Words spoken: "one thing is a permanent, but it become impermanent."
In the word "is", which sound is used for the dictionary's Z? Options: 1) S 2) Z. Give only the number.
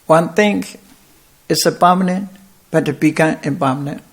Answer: 1